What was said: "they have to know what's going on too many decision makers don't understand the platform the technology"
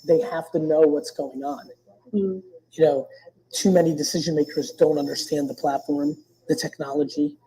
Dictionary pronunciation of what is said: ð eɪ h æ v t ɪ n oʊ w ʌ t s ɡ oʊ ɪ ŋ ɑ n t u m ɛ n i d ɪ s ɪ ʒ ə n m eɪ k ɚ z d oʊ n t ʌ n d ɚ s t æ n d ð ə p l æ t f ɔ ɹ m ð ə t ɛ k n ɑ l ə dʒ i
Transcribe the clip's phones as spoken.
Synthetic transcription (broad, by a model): ð eɪ h æ f t ɪ n oʊ w ʌ t s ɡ oʊ ɪ ŋ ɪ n t u m ɛ n i d ɪ s ɪ ʒ ə n m eɪ k ɚ z d oʊ n t ʌ n d ɚ s t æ n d ð ə p l æ t f ɔ ɹ m ð ə t ɛ k n ɑ l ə dʒ i